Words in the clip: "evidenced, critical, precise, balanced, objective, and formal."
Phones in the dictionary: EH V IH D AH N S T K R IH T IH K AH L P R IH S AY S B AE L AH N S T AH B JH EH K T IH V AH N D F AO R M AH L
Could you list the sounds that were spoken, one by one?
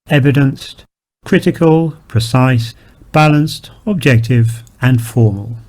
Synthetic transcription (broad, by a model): EH V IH D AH N S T K R IH T IH K AH L P R IH S AY S B AE L AH N S T AH B JH EH K T IH V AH N F AO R M AH L